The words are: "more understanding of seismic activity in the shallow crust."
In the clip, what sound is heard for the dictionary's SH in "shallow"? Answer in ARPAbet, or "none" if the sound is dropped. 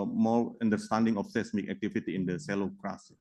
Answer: S